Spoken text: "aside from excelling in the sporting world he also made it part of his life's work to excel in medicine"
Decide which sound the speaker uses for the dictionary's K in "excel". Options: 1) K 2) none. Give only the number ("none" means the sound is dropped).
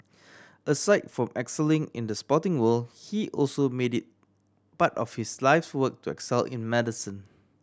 1